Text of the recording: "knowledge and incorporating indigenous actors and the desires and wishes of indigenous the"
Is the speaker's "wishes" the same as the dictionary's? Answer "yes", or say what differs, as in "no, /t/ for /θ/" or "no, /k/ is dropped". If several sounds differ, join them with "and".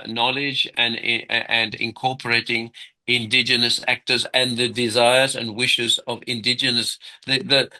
yes